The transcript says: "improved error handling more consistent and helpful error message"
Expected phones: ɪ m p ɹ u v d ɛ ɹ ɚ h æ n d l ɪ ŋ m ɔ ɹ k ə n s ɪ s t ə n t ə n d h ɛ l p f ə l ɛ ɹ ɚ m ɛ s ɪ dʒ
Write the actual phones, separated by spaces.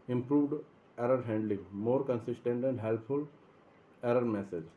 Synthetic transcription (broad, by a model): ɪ m p ɹ u v d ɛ ɹ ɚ h æ n d l ɪ ŋ m ɔ ɹ k ə n s ɪ s t ə n t ə n d h ɛ l p f ə l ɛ ɹ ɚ m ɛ s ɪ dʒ